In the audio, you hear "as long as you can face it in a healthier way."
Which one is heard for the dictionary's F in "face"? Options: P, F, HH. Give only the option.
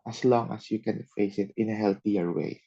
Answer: F